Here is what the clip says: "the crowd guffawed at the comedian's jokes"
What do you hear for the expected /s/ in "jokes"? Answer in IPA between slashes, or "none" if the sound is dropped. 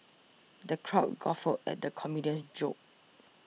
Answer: none